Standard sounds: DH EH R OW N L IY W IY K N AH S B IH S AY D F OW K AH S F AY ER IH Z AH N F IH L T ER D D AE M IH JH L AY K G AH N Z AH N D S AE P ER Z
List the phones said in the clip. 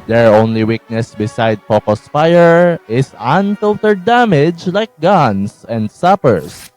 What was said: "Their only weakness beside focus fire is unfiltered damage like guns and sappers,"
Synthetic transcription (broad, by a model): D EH R OW N L IY W IY K N AH S B IH S AY D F OW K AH S F AY ER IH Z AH N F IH L T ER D D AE M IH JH L AY K G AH N S AH N D S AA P ER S